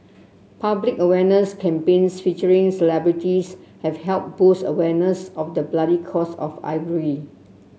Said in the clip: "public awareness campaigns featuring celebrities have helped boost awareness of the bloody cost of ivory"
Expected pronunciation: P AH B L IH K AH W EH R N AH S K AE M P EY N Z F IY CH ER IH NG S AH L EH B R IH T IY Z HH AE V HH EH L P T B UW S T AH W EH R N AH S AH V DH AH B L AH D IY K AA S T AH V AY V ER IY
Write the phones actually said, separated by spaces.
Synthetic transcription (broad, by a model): P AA B L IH K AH W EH N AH S K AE M P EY N S F IY CH ER IH NG S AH L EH B R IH T IY S HH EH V HH EH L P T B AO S AH W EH N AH S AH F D AH B L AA D IY K AA S AH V AY V ER IY